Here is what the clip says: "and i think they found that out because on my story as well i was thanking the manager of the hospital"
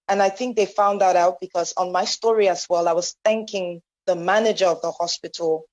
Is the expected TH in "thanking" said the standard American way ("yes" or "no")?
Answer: yes